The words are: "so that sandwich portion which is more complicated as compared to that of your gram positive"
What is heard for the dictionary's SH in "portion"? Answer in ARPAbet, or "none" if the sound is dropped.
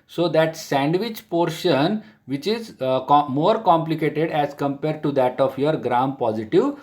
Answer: SH